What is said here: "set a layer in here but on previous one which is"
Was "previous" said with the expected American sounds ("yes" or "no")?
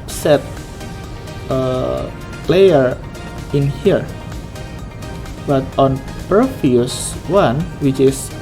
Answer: no